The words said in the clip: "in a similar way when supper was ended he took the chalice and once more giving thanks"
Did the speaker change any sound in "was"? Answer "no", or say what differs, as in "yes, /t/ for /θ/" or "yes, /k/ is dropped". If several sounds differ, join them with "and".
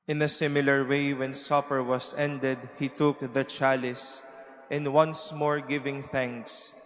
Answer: yes, /s/ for /z/